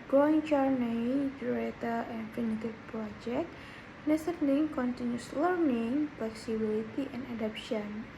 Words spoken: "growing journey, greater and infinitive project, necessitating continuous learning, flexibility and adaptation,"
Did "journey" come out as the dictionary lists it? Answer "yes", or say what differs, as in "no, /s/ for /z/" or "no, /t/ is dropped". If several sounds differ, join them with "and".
no, /tʃ/ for /dʒ/